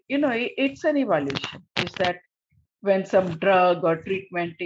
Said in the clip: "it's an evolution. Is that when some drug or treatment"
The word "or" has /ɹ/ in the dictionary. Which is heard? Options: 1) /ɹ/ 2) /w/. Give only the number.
1